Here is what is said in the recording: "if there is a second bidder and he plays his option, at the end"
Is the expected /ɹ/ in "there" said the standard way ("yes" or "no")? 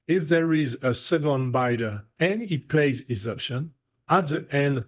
yes